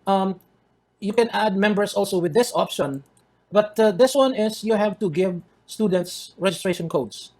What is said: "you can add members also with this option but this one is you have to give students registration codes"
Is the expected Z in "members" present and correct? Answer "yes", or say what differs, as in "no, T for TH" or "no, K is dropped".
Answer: no, S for Z